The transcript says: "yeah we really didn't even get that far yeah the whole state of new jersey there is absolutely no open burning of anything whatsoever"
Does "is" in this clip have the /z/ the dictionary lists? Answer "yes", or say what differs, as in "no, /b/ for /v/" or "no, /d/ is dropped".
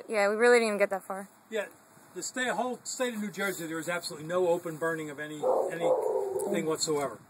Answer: yes